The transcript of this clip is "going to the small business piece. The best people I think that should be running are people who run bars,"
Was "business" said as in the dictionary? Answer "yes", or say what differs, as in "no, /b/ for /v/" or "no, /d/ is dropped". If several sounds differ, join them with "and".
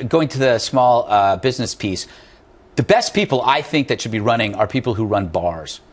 yes